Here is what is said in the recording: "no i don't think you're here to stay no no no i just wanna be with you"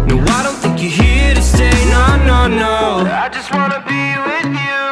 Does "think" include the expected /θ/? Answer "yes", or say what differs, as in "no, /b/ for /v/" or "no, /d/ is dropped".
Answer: yes